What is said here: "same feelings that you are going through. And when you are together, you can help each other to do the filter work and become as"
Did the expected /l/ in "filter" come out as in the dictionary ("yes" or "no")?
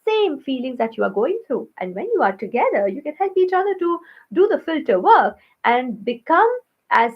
yes